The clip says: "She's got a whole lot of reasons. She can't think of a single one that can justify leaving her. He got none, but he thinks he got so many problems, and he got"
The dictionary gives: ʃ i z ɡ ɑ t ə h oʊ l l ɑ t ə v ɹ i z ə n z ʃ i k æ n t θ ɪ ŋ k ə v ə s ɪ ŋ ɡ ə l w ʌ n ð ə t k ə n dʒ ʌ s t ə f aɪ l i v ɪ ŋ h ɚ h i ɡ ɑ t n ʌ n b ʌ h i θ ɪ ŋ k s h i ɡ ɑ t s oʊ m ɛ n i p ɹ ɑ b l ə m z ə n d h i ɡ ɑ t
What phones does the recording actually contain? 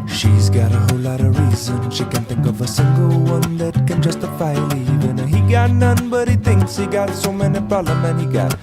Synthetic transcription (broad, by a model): ʃ i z ɡ ɑ t ə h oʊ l l ɑ t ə ɹ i z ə n ʃ i k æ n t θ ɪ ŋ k ə v ə s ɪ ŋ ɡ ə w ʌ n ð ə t k ə n dʒ ʌ s t ə f aɪ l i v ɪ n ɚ h i ɡ ɑ t n ʌ n b ʌ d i t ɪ ŋ k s h i ɡ ɑ t s oʊ m ɛ n i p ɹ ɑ l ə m ə n h i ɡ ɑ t